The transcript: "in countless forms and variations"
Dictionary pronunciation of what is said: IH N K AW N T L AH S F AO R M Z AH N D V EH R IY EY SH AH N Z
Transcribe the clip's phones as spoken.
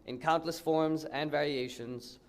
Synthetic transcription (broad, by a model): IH N K AW N T L AH S F AO R M Z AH N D V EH R IY EY SH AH N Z